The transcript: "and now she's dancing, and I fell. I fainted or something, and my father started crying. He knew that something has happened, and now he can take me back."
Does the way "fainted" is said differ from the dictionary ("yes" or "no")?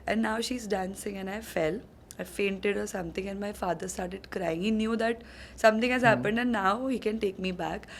no